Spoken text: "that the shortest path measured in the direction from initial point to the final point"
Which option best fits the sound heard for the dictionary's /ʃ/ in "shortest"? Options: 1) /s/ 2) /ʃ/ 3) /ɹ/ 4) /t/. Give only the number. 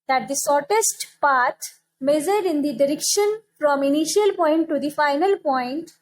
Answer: 1